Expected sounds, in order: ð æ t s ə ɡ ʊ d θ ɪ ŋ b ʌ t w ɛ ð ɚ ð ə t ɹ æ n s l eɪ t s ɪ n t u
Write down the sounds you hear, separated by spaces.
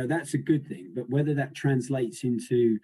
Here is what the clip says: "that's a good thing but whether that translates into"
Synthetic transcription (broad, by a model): ð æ t s ə ɡ ʊ d θ ɪ ŋ b ʌ t w ɛ ð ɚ ð ə t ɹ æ n s l eɪ t s ɪ n t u